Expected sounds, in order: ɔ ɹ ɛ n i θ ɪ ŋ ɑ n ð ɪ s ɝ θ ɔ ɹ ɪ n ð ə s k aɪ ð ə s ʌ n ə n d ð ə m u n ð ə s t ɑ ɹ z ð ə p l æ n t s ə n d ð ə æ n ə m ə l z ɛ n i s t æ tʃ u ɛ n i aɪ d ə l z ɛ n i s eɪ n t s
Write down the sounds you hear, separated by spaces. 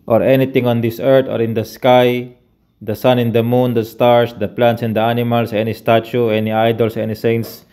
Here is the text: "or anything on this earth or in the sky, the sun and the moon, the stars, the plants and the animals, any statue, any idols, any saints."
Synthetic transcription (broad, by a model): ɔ ɹ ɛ n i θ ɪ ŋ ɑ n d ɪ s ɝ t ɔ ɹ ɪ n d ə s k aɪ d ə s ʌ n ə n d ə m u n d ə s t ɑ ɹ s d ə p l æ n t s ə n d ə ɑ n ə m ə l s ɛ n i s t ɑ tʃ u ɛ n i aɪ d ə l s ɛ n i s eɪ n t s